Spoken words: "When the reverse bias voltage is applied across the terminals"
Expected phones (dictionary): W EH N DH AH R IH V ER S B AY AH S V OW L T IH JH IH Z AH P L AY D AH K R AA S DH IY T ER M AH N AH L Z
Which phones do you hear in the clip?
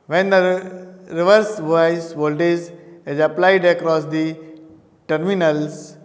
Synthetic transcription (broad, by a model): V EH N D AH R IH V ER S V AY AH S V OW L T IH Z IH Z AH P L AY D AH K R AA S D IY T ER M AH N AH L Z